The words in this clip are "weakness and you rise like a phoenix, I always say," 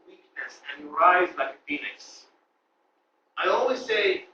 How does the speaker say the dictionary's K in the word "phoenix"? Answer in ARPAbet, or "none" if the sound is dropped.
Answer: none